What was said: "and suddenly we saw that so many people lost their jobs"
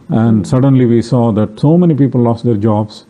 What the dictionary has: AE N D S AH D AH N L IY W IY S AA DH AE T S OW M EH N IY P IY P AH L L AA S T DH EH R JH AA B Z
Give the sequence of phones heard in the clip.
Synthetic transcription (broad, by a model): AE N D S AH D AH N L IY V IY S AA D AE T S OW M EH N IY P IY P AH L L AA S T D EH R JH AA B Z